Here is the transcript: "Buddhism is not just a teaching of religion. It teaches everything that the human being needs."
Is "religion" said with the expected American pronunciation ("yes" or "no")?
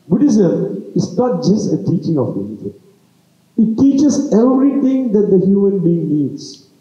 no